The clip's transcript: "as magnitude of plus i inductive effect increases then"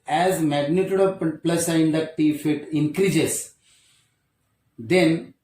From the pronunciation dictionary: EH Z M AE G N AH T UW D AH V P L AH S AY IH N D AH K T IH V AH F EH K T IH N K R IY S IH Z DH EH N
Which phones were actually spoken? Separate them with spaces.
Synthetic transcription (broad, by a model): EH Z M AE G N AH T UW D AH P P L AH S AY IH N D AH T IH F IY T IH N K R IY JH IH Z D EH N